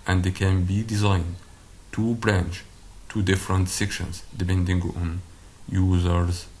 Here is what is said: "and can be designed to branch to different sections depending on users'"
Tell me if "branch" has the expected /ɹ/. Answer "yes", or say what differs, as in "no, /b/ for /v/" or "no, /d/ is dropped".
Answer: yes